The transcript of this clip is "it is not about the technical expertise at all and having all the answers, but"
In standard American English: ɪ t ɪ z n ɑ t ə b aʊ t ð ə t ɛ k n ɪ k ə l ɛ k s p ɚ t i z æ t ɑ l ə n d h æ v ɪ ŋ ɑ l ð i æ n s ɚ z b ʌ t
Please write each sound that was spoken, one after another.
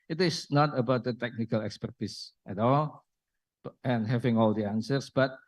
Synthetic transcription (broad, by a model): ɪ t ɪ s n ɑ t ə b aʊ t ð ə t ɛ k n ɪ k ə l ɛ k s p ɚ t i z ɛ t ɑ l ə n h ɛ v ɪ ŋ ɑ l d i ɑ n s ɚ s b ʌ t